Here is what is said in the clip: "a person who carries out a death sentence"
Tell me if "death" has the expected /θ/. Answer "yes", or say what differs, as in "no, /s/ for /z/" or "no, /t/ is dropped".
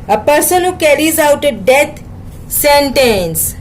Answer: no, /t/ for /θ/